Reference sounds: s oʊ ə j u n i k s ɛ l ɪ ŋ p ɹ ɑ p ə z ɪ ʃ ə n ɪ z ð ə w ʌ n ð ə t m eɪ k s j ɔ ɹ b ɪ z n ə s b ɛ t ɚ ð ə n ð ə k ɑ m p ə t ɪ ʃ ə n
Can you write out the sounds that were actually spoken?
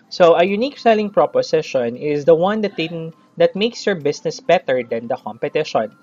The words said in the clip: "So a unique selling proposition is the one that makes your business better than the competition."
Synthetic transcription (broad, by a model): s oʊ ə j u n i k s ɛ l ɪ ŋ p ɹ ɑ p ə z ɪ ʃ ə n ɪ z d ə w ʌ n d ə t m eɪ k s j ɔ ɹ b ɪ s n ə s b ɛ t ɚ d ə n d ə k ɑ m p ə t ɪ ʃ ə n